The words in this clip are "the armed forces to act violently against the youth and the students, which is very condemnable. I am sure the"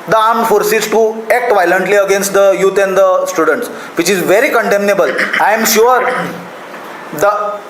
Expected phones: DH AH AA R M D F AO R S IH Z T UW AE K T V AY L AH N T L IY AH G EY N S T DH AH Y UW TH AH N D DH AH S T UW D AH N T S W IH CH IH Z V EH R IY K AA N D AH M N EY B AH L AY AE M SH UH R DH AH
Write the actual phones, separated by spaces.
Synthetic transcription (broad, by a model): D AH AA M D F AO R S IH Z T UW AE K T V AY L AH N T L IY AH G EY N S T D AH Y UW T AH N D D AH S T UW D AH N T S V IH CH IH Z V EH R IY K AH N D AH M N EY B AH L AY M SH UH R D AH